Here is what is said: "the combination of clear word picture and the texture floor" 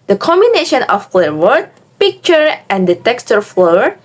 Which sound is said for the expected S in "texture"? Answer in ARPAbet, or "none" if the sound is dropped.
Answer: S